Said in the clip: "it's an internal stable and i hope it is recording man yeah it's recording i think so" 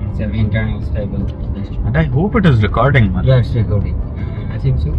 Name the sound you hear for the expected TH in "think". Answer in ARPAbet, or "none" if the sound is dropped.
S